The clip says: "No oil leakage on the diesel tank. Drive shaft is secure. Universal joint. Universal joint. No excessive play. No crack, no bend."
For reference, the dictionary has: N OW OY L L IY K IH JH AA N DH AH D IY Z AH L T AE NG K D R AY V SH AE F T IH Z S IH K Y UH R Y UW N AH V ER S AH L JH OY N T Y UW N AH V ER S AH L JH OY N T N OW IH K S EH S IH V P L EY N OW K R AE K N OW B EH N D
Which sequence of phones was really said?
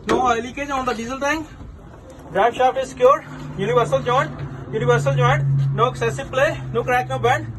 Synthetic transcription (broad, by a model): N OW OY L L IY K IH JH AA N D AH D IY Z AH L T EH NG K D R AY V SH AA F IH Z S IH K Y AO R Y UW N AH V ER S AH L JH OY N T Y UW N AH V ER S AH L JH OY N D N OW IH K S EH S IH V P L EY N OW K R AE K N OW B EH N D